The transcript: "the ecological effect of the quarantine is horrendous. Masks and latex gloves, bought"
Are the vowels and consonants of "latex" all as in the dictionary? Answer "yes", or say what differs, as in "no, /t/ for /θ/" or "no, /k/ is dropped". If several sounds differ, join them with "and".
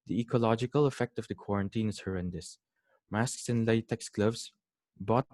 yes